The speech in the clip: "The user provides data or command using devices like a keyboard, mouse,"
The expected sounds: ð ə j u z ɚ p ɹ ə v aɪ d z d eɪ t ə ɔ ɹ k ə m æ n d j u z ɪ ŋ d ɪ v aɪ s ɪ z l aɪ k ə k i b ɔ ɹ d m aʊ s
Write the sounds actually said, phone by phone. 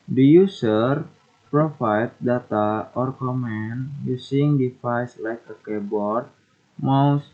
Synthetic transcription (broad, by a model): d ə j u s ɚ p ɹ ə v aɪ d d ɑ t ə ɔ ɹ k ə m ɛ n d j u s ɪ ŋ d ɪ f aɪ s l aɪ k ə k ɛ b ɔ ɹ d m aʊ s